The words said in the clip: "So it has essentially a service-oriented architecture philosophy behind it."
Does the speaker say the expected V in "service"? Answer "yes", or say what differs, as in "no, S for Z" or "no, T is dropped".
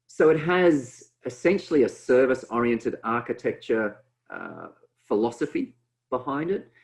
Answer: yes